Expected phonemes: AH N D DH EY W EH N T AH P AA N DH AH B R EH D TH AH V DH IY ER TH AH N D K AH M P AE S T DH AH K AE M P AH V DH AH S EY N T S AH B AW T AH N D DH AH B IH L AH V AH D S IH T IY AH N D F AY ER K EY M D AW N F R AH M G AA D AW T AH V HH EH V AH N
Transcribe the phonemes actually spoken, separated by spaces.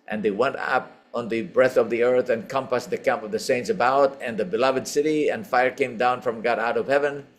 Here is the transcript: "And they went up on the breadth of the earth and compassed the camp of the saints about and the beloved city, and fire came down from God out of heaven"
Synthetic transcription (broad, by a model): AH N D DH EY W EH N T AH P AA N DH AH B R EH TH AH V DH IY ER TH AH N K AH M P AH S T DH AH K AE M P AH V DH AH S EY N T S AH B AW T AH N DH AH B IH L AH V AH D S IH T IY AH N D F AY ER K EY M D AW N F R AH M G AA D AW T AH V HH EH V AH N